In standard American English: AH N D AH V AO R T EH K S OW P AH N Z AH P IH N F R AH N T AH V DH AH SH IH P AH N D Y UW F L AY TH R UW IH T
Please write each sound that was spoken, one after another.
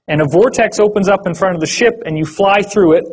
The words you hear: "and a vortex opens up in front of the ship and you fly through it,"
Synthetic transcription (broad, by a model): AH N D AH V AO R T EH K S OW P AH N Z AH P IH N F R AH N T AH V DH AH SH IH P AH N Y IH F L AY TH R UW IH T